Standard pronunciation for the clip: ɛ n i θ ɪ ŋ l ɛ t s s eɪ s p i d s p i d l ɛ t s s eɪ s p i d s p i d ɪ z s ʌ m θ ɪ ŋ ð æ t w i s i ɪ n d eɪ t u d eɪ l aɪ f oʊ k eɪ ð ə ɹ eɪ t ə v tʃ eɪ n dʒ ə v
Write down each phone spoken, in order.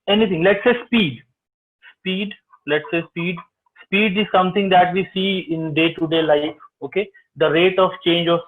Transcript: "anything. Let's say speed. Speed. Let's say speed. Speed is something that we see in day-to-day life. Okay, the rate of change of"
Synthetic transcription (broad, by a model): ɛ n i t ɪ ŋ l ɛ t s s eɪ s p i d s p i d l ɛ t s s eɪ s p i d s p i d ɪ z s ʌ m t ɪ ŋ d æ t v i s i ɪ n d eɪ t u d eɪ l aɪ f oʊ k eɪ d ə ɹ eɪ t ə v tʃ eɪ n dʒ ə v